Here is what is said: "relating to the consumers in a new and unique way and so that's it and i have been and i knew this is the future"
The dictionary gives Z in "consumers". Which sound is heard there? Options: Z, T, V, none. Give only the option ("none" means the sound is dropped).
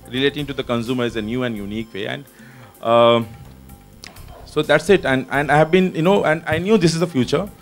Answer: none